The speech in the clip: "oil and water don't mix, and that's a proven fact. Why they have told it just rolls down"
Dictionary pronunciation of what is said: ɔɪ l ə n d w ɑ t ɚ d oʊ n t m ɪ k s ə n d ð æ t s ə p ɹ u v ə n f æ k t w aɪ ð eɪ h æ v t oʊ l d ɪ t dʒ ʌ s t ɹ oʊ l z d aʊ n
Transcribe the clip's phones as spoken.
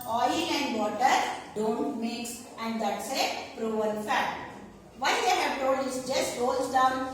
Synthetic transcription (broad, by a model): ɔɪ l ə n d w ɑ t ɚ d oʊ n t m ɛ k s ə n d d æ t s ə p ɹ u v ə l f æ t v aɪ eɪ h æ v t oʊ l d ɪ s dʒ ʌ s t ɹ oʊ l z d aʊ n